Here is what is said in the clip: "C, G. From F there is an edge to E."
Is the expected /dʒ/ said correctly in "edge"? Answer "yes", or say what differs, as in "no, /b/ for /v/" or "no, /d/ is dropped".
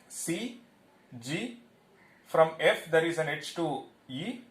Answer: no, /tʃ/ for /dʒ/